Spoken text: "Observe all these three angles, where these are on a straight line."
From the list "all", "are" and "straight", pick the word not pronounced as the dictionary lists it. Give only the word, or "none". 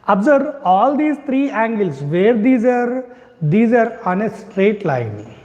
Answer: none